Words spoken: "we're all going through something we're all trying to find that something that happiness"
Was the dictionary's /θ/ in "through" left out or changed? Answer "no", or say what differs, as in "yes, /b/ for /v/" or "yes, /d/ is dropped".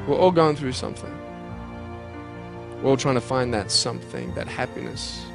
no